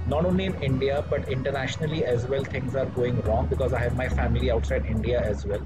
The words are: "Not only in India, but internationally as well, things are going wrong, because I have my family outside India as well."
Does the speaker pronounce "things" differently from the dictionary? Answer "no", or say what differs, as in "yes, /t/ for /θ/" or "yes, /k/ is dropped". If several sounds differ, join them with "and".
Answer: yes, /t/ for /θ/